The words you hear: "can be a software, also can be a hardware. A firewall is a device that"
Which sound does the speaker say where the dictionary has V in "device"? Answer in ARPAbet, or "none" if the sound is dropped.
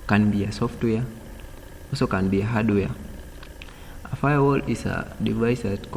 V